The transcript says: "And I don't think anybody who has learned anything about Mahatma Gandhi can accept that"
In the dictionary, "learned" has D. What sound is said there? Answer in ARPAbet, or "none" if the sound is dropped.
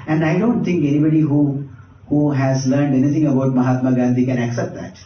D